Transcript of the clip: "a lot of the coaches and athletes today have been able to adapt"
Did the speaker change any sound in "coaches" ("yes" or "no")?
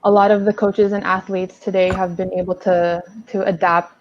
no